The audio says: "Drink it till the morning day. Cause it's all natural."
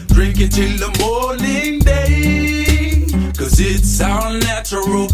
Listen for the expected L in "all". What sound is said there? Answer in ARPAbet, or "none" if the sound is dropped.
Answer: N